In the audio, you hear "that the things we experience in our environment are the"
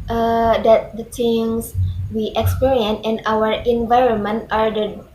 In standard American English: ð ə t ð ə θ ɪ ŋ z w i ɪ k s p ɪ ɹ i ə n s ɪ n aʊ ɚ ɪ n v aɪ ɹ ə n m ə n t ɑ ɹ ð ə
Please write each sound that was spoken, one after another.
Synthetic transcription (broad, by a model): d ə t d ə t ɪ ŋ s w i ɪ k s p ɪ ɹ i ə n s ɪ n aʊ ɚ ɪ n v aɪ ɹ ə n m ə n t ɑ ɹ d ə